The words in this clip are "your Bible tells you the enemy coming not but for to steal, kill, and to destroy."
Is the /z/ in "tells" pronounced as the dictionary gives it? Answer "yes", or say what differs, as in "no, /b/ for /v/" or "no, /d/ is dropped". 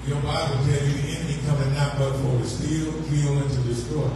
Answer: no, /z/ is dropped